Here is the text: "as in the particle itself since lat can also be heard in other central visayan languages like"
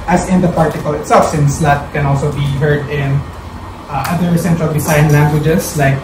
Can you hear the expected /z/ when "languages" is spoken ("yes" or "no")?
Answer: no